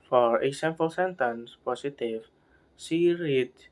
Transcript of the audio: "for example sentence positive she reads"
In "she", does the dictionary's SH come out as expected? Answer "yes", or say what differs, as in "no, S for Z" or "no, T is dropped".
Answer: no, S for SH